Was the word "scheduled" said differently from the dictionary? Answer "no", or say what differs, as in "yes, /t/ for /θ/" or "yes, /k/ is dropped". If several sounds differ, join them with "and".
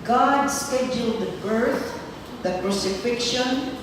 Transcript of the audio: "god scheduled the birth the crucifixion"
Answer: no